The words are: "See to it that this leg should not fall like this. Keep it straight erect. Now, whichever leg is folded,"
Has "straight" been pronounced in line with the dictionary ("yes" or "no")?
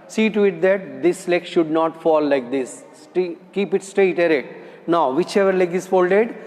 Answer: yes